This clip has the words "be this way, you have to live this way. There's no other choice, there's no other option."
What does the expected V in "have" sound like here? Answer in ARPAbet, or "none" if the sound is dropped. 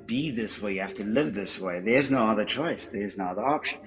F